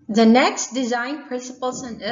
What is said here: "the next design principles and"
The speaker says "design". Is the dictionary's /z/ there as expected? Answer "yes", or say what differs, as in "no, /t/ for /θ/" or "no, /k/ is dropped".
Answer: yes